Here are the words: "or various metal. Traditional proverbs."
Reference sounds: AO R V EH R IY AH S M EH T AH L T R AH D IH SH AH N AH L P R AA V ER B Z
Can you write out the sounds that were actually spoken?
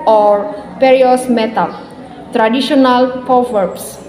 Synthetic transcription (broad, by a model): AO R P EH R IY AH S M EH T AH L T R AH D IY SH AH N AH L P R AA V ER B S